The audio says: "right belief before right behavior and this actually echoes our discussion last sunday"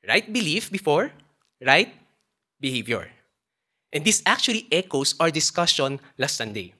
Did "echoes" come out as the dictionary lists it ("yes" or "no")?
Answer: no